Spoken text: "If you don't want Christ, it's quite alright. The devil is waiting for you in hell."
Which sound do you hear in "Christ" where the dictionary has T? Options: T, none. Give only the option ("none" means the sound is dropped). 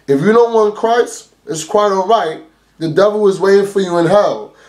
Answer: none